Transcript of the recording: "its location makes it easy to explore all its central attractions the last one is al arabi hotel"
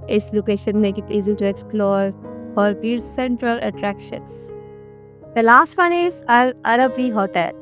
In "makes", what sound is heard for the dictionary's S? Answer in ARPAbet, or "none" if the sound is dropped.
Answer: none